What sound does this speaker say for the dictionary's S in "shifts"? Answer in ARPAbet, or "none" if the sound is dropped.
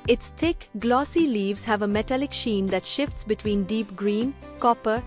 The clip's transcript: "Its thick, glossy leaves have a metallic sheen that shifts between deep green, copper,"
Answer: S